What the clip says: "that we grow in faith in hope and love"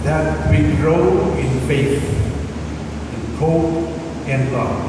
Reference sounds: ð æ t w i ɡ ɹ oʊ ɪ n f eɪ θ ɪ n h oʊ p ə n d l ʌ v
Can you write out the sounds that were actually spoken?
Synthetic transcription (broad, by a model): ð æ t w i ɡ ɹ oʊ ɪ n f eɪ s ɪ n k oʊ ə n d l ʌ